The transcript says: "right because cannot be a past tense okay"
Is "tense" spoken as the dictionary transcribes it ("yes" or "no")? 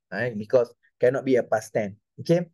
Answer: no